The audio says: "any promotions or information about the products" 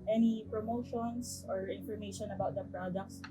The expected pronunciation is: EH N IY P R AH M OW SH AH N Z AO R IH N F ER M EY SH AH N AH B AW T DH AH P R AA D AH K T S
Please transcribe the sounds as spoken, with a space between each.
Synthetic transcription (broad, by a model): EH N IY P R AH M OW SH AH N S AO R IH N F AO M EY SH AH N AH B AW T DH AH P R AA D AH K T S